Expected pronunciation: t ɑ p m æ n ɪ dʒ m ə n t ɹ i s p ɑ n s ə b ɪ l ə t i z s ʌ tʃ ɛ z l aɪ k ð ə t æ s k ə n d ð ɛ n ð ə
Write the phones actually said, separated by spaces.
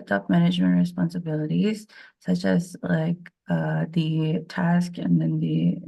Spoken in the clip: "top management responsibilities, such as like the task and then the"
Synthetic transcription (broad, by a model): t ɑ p m æ n ɪ dʒ m ə n t ɹ i s p ɑ n s ə b ɪ l ə t i z s ʌ tʃ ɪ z l aɪ k ð ə t æ s k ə n ð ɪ n ð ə